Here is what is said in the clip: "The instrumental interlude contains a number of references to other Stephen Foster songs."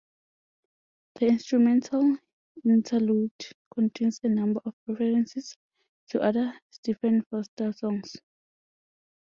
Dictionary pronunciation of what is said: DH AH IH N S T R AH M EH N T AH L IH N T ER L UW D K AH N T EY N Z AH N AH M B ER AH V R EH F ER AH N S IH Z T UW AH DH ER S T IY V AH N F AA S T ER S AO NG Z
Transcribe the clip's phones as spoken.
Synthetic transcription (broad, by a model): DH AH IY N S T R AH M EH N T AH L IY N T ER L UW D K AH N T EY N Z AH N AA M B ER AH P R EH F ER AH N S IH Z T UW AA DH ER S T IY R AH N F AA S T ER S AO NG S